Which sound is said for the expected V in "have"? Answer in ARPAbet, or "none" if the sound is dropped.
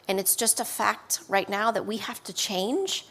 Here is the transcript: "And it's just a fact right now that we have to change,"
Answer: F